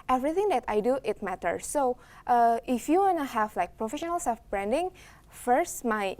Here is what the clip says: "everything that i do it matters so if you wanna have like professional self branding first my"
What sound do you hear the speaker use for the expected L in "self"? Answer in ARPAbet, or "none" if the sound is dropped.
none